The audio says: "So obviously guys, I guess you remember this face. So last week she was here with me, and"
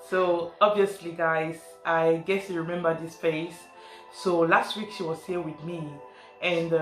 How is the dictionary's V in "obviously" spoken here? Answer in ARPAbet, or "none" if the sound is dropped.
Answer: V